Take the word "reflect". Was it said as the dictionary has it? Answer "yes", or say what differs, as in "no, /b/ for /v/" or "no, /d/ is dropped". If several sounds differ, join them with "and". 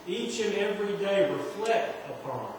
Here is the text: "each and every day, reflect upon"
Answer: no, /w/ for /ɹ/ and /k/ is dropped